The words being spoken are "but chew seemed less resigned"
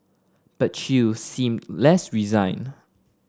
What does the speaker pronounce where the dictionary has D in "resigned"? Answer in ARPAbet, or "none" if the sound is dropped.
none